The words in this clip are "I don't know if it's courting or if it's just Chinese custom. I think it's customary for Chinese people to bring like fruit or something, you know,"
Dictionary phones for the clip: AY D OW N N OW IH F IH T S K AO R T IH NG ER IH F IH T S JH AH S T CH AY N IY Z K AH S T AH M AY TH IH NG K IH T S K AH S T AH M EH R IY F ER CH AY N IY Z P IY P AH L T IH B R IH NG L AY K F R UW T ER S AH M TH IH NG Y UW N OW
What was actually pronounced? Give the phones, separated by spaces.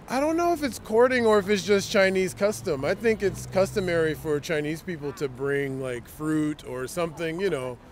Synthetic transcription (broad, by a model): AY D OW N N OW IH F IH T S K AO R T IH NG ER IH F IH T S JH AH S CH AY N IY Z K AH S T AH M AY TH IH NG K IH T S K AH S T AH M EH R IY F ER CH AY N IY Z P IY P L T IH B R IH NG L AY K F R UW T ER S AH M TH IH NG Y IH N OW